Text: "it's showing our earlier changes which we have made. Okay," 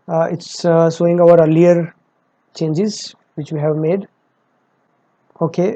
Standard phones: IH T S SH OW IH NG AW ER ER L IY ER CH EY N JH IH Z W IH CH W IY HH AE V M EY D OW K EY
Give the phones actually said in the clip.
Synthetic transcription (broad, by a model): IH T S S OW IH NG AW ER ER L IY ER CH EY N JH IH Z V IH CH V IY HH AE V M EY D OW K EY